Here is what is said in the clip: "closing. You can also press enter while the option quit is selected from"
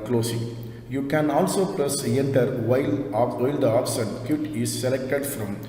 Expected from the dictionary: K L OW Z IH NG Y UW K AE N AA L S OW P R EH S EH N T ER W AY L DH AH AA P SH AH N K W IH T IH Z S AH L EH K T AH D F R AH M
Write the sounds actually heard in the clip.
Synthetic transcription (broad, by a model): K L OW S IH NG Y UW K AE N AA L S OW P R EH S EH N T ER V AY L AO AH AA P S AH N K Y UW T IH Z S AH L EH K T AH D F R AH M